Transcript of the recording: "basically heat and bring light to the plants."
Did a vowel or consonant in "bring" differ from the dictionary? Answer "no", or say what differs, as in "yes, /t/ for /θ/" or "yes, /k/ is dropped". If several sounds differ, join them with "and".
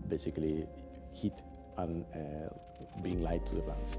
yes, /ɹ/ is dropped